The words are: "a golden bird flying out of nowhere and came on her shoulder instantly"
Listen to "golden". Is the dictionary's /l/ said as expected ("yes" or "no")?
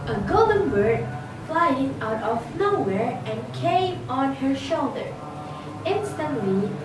yes